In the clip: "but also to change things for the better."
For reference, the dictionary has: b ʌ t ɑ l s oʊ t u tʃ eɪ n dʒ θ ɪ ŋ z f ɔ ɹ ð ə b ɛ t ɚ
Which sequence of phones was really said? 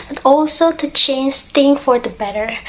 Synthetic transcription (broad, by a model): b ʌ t ɑ l s oʊ t u tʃ eɪ n dʒ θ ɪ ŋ f ɔ ɹ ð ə b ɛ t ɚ